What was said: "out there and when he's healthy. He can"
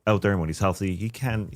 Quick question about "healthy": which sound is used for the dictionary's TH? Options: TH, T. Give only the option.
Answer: TH